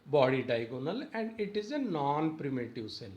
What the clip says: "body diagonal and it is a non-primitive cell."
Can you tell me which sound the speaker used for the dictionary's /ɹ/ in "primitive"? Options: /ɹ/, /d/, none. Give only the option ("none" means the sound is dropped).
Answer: /ɹ/